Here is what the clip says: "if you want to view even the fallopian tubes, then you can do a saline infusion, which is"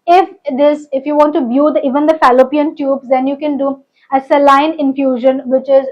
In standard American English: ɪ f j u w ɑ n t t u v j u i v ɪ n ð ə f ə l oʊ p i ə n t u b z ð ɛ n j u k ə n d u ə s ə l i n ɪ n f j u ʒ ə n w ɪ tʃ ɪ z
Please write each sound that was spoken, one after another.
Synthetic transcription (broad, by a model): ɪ f j u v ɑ n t t u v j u i v ɪ n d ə f ə l oʊ p i ə n t u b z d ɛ n j u k ə n d u ə s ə l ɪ n ɪ n f j u ʒ ə n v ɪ tʃ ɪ z